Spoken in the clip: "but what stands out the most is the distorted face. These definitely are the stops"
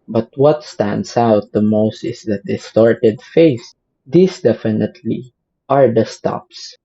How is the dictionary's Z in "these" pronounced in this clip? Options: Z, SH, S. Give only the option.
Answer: S